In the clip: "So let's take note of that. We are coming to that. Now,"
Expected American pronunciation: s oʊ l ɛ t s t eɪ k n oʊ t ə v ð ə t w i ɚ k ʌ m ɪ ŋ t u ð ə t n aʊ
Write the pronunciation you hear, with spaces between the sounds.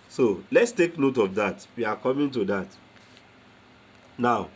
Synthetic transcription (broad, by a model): s oʊ l ɛ t s t eɪ k n oʊ t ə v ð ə t w i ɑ k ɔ m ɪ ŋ t u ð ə t n aʊ